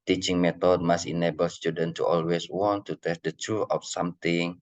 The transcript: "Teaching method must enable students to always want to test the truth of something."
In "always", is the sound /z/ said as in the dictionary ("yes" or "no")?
no